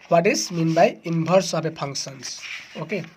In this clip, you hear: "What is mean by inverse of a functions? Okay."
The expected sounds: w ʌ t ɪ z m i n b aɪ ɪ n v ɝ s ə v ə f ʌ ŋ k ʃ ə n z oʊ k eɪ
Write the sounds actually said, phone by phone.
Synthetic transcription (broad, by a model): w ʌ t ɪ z m i n b aɪ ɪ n b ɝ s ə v ə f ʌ ŋ k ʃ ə n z oʊ k eɪ